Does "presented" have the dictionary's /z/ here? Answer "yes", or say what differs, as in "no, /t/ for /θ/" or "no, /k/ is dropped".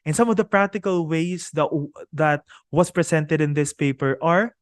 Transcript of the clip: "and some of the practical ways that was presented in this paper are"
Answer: no, /s/ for /z/